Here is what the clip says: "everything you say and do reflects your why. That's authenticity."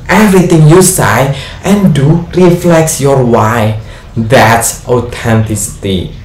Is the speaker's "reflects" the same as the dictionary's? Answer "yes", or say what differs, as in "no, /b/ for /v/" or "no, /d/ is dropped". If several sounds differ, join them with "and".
yes